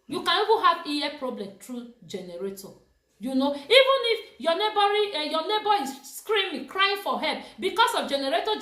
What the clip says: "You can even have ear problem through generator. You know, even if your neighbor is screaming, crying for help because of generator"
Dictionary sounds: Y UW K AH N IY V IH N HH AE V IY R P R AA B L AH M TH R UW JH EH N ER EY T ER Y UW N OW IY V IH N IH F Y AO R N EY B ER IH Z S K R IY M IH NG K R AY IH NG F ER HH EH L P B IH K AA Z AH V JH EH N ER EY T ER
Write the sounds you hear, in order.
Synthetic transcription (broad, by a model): Y UW K AH N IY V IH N HH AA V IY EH P R AA B L AH M T R UW JH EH N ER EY T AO Y UW N OW IY V IH N IH F Y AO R N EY B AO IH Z S K R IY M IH K R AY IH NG F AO HH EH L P B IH K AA S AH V JH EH N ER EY T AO